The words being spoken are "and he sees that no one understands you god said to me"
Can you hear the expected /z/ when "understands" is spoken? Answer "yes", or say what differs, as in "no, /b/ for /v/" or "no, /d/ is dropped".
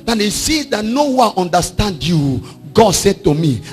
no, /z/ is dropped